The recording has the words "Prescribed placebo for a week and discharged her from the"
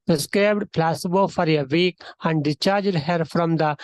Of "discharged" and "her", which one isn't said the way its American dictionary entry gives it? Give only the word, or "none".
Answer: discharged